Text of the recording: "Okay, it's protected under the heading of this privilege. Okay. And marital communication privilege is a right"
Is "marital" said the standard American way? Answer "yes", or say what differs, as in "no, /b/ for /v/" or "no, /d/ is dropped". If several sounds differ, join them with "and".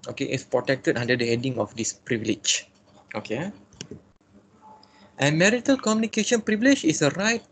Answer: yes